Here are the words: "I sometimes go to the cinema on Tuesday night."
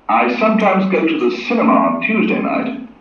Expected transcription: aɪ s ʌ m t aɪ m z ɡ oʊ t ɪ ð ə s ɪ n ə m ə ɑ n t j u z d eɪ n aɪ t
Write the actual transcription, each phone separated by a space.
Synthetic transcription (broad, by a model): aɪ s ʌ m t aɪ m z ɡ oʊ t ɪ ð ə s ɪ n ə m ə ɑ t j u z d eɪ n aɪ t